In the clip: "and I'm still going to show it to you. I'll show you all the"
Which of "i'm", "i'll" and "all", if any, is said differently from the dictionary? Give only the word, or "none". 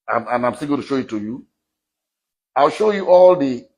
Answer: none